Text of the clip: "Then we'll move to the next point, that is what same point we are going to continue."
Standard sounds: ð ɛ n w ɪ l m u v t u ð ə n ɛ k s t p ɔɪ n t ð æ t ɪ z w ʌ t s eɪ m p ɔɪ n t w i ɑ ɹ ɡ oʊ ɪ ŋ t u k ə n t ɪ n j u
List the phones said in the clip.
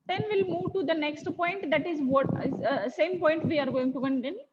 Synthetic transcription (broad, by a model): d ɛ n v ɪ l m u v t u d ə n ɛ k s t p ɔɪ n t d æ t ɪ z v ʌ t s eɪ m p ɔɪ n t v i ɑ ɹ ɡ oʊ ɪ ŋ t u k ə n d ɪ n